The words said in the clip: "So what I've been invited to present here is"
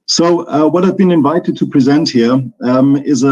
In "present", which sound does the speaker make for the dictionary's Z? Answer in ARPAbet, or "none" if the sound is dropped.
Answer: Z